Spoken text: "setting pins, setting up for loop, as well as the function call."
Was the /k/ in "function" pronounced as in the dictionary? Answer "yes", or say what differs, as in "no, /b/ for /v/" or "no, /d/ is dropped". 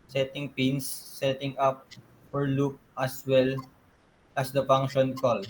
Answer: no, /k/ is dropped